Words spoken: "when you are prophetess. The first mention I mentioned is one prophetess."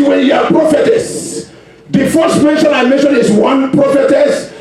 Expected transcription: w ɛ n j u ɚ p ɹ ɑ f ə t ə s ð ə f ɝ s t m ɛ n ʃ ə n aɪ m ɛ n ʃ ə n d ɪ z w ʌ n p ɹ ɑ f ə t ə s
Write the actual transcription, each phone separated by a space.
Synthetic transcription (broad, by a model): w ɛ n j u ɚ p ɹ ɑ f ə t ə s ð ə f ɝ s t m ɛ n ʃ ə n aɪ m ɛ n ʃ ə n ɪ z w ʌ n p ɹ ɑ f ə t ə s